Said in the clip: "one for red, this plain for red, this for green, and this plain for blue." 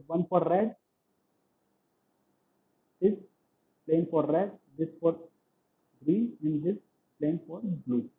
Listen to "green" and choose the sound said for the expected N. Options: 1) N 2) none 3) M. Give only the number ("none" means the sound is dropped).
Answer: 2